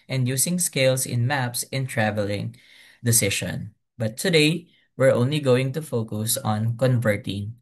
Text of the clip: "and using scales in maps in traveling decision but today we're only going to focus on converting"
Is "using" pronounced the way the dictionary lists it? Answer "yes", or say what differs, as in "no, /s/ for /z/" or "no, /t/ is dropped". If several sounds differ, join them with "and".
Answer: no, /s/ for /z/